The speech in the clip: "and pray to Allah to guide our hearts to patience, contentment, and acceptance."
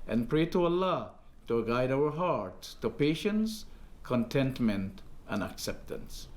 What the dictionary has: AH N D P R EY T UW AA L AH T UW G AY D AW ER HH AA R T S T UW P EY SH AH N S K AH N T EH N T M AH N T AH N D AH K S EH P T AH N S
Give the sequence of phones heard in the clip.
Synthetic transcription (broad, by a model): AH N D P R EY T UW AA L AH T UW G AY D AW ER HH AA R T S T UW P EY SH AH N S K AH N T EH N T M AH N T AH N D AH K S EH P T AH N S